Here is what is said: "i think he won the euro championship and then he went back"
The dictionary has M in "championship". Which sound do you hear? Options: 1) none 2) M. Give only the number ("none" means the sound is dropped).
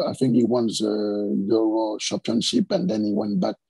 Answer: 1